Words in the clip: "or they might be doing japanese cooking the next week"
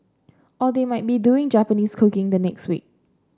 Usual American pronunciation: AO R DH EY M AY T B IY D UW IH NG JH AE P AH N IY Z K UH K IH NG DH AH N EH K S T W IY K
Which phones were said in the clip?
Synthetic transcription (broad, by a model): AO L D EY M AY T B IY D UW IH NG JH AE P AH N IY S K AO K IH NG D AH N EH K S T W IY K